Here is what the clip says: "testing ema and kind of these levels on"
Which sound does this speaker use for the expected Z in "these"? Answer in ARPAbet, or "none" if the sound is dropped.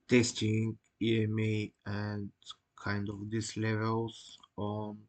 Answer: S